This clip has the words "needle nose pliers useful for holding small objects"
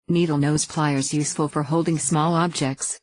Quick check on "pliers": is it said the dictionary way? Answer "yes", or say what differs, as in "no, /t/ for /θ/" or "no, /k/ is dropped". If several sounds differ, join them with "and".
yes